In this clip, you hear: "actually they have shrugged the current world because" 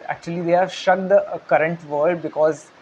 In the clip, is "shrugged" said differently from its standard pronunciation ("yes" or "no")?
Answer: yes